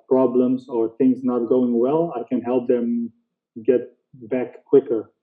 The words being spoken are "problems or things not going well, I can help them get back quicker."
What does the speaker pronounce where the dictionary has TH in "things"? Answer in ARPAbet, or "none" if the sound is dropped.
TH